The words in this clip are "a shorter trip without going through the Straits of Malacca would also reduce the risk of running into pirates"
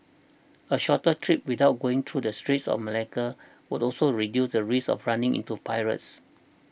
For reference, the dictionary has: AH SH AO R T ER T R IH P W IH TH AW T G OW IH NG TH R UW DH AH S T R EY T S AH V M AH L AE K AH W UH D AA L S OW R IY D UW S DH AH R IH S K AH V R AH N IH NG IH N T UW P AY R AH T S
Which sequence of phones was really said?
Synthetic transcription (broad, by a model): AH SH AO T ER T R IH P W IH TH AW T G OW IH NG T R UW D AH S T R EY T S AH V M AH L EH K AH W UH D AA L S OW R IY D UW S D AH R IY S AH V R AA N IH NG IH N T UW P AY R AH T S